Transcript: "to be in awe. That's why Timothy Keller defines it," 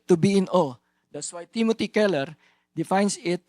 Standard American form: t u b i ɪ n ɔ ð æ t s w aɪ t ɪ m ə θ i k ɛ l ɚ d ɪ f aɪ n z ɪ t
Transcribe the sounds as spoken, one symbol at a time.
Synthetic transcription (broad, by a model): t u b i ɪ n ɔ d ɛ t s w aɪ t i m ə t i k ɛ l ɚ d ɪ f aɪ n s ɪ t